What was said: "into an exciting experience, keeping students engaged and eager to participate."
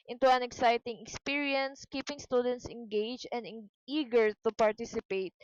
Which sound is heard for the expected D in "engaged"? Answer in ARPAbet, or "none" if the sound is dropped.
none